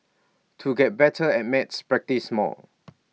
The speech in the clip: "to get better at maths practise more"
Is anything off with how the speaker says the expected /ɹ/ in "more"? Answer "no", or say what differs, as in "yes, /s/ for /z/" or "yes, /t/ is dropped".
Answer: yes, /l/ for /ɹ/